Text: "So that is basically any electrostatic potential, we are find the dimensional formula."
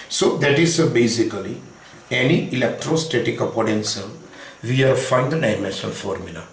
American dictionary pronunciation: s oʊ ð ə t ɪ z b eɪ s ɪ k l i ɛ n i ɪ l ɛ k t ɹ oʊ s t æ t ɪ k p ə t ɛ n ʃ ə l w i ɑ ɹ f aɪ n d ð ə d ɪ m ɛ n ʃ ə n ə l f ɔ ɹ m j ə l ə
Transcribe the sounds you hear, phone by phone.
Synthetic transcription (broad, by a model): s oʊ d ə t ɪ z b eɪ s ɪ k l i ɛ n i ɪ l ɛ k t ɹ oʊ s t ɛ t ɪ k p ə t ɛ n s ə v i ɑ ɹ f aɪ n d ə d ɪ m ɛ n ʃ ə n f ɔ ɹ m j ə l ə